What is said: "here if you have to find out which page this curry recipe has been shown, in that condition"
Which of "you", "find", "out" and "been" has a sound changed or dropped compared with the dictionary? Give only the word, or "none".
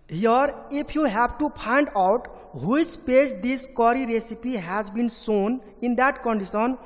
find